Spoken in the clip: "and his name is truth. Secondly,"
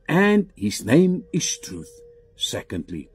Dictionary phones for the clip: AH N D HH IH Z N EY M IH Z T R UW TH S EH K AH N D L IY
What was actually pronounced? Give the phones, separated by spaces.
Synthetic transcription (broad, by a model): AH N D HH IH Z N EY M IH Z T R UW TH S EH K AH N D L IY